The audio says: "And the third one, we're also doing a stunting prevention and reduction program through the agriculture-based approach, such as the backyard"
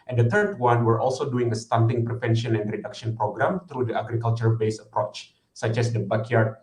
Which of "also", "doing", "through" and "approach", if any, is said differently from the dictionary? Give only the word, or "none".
through